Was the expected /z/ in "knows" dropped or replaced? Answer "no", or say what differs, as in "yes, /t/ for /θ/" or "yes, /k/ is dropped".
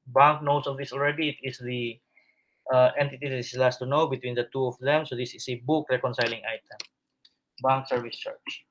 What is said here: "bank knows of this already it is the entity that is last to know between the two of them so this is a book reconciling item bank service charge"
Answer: yes, /s/ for /z/